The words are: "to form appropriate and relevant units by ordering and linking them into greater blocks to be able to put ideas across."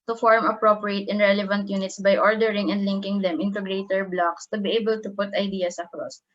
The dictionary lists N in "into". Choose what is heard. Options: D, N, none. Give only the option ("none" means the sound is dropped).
N